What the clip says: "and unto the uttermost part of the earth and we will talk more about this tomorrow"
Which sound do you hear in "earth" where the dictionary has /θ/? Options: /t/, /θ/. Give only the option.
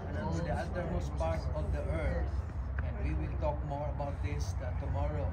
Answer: /t/